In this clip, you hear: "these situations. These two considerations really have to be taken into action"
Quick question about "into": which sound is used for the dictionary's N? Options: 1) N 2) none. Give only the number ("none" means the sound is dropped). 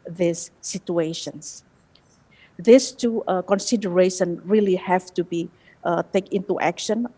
2